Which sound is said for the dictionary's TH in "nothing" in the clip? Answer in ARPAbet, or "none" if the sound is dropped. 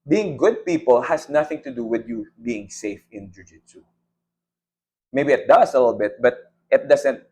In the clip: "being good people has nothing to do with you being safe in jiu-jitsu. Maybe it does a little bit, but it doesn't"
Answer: TH